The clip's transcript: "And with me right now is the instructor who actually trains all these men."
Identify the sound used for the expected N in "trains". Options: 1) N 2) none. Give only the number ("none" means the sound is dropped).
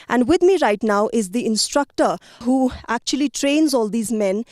1